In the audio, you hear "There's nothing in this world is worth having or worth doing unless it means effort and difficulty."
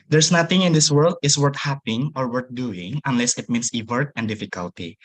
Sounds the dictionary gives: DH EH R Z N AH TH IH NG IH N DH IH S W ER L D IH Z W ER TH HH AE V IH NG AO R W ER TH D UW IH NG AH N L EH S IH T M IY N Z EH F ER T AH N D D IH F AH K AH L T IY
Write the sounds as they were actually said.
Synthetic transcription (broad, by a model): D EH R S N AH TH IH NG IH N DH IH S W ER L D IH S W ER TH HH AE P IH NG AO R W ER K D UW IH NG AH N L EH S IH T M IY N S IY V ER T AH N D D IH F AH K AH L T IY